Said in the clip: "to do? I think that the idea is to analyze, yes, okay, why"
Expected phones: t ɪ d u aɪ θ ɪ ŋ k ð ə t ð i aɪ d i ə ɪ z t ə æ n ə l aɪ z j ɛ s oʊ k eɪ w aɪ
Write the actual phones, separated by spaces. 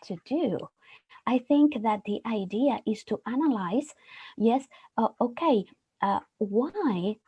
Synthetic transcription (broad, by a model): t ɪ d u aɪ θ ɪ ŋ k ð ə t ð i aɪ d i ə ɪ z t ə æ n ə l aɪ z j ɛ s oʊ k eɪ w aɪ